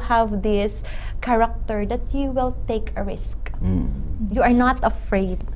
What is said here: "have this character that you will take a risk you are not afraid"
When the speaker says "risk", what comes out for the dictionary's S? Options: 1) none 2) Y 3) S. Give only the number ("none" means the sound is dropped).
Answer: 3